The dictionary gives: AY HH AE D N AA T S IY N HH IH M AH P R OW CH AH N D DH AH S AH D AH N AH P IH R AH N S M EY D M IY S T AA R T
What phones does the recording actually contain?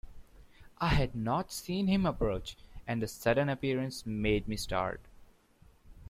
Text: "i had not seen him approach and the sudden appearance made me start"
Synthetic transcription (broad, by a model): AY HH AE D N AA T S IY N HH IH M AH P R OW CH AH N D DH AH S AH D AH N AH P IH R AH N S M EY D M IY S T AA R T